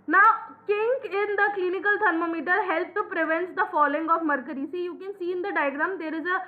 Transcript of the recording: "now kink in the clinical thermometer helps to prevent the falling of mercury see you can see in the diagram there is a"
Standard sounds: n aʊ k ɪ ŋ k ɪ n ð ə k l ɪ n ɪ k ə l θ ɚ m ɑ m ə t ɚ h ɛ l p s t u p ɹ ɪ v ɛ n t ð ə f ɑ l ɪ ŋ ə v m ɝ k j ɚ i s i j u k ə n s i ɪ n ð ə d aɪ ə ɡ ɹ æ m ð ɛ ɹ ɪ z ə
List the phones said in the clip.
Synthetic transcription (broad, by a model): n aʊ k ɪ ŋ k ɪ n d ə k l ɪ n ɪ k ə l t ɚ m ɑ m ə t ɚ h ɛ l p t u p ɹ ɪ v ɛ n t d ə f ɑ l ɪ ŋ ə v m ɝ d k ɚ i s i j u k ə n s i ɪ n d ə d aɪ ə ɡ ɹ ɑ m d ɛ ɹ ɪ z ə